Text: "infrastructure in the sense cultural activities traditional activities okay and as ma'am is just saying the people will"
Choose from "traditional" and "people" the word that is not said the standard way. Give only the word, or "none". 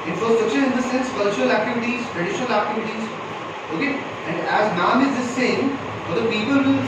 none